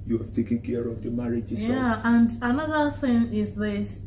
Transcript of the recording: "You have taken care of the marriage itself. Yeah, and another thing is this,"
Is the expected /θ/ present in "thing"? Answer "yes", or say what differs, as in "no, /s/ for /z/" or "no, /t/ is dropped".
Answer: yes